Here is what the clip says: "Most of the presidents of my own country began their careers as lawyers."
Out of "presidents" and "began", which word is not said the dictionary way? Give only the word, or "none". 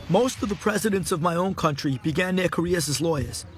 none